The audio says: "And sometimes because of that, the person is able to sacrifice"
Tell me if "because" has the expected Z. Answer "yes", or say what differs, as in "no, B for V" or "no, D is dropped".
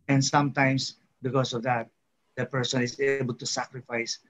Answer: no, S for Z